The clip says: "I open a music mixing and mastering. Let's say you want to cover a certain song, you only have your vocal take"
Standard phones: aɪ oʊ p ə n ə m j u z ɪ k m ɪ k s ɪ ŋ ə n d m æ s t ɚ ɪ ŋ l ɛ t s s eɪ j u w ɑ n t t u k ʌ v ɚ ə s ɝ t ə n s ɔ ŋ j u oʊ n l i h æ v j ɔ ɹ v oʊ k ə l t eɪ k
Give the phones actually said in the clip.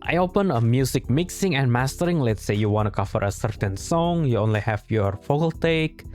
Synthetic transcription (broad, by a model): aɪ oʊ p ə n ə m j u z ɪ k m ɪ k s ɪ ŋ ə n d m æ s t ɚ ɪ ŋ l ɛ t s s eɪ j u w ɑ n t t u k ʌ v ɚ ə s ɝ t ə n s ɔ ŋ j u oʊ n l i h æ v j ɔ ɹ f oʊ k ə l t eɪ k